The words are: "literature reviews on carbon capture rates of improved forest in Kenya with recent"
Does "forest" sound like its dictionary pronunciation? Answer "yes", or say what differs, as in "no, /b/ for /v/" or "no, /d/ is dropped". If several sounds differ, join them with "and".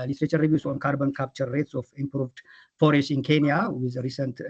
no, /t/ is dropped